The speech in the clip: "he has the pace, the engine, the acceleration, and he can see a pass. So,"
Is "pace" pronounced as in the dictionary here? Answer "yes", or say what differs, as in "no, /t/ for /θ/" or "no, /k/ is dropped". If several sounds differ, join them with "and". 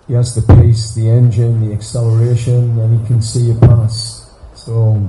yes